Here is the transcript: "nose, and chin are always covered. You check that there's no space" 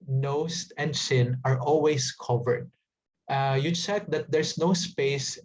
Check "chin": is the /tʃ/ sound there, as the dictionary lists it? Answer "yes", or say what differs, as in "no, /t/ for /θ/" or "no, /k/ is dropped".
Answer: no, /s/ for /tʃ/